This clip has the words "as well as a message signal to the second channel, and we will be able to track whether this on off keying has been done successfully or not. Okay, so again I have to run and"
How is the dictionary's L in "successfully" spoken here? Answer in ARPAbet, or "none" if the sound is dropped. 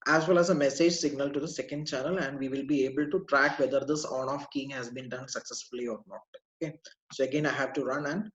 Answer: L